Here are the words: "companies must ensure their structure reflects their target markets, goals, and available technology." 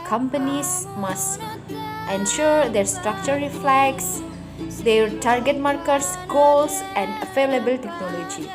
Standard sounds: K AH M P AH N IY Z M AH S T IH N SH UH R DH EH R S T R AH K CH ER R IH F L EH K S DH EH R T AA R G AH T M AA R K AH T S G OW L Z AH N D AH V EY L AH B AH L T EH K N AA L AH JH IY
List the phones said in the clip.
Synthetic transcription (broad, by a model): K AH M P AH N IY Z M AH S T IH N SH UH R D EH R S T R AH K CH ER R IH F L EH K S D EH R T AA R G AH T M AA R K AH T S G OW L S AH N D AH F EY L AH B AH L T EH K N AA L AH JH IY